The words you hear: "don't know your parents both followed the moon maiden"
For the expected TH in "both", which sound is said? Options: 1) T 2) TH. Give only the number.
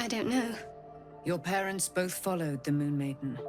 2